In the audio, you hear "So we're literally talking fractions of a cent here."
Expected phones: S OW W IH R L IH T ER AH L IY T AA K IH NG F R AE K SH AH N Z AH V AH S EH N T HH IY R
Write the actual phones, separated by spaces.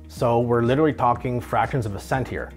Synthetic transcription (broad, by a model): S OW W IH R L IH T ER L IY T AA K IH NG F R AE K SH AH N Z AH V AH S EH N T HH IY R